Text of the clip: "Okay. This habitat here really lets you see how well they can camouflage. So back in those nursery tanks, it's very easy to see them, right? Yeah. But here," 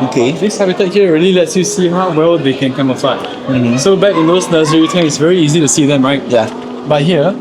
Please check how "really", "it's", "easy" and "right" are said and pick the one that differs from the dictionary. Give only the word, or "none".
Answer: none